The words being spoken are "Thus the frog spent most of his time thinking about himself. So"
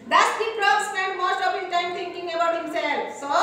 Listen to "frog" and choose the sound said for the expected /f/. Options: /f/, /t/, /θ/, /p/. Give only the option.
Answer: /p/